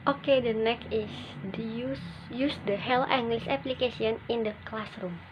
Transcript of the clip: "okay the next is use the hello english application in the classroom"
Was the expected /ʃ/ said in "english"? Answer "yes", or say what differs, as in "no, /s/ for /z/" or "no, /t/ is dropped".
no, /s/ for /ʃ/